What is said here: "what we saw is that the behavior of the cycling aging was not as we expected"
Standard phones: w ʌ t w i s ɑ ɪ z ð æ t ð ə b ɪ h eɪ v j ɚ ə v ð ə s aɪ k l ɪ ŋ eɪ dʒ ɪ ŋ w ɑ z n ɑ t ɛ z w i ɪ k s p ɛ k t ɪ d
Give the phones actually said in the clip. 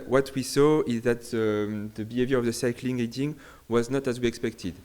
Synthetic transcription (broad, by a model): w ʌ t w i s ɑ ɪ z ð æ t ð ə b ɪ h eɪ v j ɚ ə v ð ə s aɪ k l ɪ ŋ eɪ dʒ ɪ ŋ w ɑ z n ɑ t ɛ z w i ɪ k s p ɛ k t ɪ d